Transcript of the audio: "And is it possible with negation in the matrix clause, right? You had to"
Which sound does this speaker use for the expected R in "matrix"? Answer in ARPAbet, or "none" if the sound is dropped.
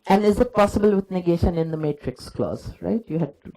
R